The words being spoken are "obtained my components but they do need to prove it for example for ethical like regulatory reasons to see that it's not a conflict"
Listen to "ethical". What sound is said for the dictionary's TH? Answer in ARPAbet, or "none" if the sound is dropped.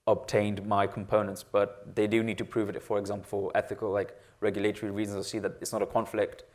TH